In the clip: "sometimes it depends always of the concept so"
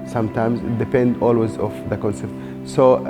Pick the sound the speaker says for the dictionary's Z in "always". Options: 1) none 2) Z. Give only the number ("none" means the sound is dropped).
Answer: 2